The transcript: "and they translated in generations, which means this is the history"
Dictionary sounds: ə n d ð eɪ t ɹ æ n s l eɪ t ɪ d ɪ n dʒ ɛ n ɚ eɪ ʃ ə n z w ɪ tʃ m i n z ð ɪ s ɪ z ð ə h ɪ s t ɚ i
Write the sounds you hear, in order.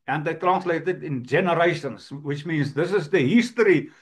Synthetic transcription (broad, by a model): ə n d ð eɪ t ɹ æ n s l eɪ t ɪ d ɪ n dʒ ɛ n ɚ eɪ ʃ ə n z w ɪ tʃ m i n z ð ɪ s ɪ z ð ə h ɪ s t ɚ i